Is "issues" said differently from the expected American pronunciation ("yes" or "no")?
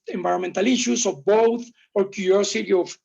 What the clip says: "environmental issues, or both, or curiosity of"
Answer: yes